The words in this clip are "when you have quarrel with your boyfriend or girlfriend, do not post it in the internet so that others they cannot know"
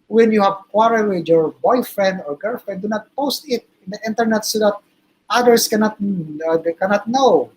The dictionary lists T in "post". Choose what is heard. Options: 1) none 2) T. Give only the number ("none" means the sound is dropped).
2